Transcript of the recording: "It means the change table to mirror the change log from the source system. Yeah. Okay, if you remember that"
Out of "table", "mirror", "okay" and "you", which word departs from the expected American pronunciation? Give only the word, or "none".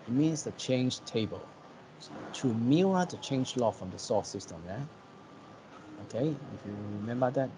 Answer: mirror